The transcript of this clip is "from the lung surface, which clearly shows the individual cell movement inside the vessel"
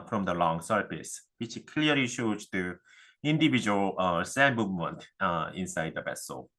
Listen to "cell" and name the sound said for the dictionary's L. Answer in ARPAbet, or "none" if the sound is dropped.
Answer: N